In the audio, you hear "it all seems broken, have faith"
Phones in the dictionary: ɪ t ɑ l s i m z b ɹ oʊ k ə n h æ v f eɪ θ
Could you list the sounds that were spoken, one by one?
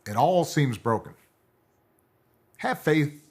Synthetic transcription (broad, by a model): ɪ t ɑ l s i m z b ɹ oʊ k ə n h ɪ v f eɪ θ